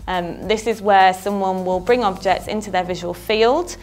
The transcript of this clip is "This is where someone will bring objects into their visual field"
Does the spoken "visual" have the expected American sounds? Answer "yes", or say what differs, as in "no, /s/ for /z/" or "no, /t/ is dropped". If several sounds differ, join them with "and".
yes